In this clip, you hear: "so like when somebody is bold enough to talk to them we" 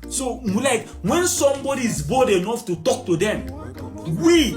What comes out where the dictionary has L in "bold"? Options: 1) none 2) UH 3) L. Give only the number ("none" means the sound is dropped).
1